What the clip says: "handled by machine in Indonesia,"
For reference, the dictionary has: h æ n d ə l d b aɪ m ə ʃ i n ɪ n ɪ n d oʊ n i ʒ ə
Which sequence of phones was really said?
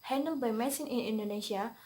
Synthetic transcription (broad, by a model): h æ n d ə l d b aɪ m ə s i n ɪ n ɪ n d oʊ n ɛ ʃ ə